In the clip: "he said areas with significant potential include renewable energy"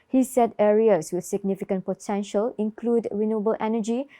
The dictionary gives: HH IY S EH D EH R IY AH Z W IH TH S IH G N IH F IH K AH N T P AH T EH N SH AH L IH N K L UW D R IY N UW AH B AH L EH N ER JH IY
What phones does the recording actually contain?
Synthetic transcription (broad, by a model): HH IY S EH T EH R IY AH S W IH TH S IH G N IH F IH K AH N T P AH T EH N SH AH L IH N K L UW D R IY N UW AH B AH L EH N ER JH IY